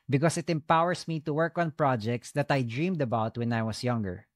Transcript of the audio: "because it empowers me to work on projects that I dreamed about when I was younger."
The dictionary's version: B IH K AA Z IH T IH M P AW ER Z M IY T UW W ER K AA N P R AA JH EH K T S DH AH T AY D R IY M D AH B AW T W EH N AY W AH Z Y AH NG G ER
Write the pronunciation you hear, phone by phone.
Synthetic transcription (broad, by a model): B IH K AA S IH T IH M P AW ER S M IY T UW W ER K AA N P R AA JH EH K T S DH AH T AY D R IY M D AH B AW T W EH N AY W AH S Y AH NG G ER